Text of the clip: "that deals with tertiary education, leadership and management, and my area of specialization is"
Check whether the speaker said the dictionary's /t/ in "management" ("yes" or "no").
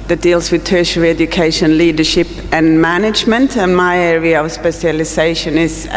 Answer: yes